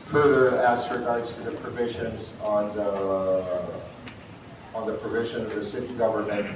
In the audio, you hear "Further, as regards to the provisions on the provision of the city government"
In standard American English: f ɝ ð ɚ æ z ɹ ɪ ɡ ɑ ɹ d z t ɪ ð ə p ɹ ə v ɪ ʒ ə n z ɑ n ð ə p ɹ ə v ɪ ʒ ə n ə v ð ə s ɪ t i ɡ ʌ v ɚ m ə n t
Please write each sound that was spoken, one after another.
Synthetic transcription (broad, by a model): f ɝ ð ɚ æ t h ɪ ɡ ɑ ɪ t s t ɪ ð ə p ɹ ə v ɪ ʒ ə n z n n ð ə p ɹ ə v ɪ ʒ ə n ə v ð ə s ɪ t i ɡ ʌ v ɚ m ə n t